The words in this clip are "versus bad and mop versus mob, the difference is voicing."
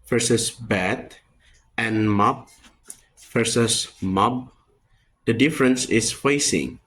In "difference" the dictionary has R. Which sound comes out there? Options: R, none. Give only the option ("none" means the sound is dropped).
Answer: R